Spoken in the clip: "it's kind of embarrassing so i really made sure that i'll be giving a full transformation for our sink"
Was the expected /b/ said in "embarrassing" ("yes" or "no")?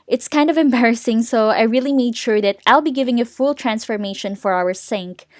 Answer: yes